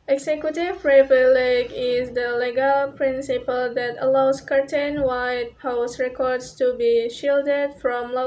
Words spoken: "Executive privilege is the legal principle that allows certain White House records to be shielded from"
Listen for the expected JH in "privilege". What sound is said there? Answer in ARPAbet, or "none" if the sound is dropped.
none